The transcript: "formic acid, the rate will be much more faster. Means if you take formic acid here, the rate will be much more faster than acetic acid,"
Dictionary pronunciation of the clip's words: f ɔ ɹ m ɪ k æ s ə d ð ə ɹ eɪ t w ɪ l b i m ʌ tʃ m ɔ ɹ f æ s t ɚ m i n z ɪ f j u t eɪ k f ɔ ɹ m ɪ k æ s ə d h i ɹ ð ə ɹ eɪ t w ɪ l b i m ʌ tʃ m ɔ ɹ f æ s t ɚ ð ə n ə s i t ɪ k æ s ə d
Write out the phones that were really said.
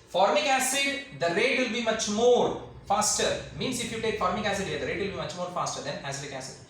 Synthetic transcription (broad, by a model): f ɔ ɹ m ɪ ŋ æ s ə d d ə ɹ eɪ t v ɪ l b i m ʌ tʃ m ɔ ɹ f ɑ s t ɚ m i n s ɪ f j u t eɪ k f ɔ ɹ m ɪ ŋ æ s ə d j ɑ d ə ɹ eɪ t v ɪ l b i m ʌ tʃ m ɔ ɹ f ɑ s t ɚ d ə n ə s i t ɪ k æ s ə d